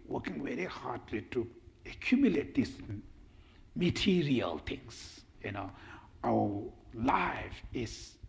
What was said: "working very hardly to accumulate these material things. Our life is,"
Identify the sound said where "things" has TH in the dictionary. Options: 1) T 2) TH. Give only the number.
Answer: 1